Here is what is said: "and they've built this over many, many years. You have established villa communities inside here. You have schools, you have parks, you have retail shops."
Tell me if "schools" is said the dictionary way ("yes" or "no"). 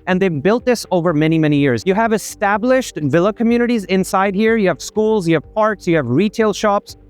yes